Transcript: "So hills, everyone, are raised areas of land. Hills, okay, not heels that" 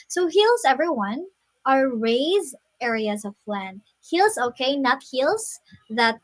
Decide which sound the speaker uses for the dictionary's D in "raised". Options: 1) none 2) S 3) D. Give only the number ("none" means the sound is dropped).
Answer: 1